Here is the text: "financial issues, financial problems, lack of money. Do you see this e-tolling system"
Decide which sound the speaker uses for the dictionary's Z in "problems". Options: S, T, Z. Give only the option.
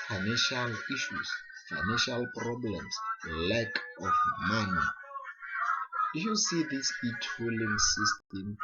S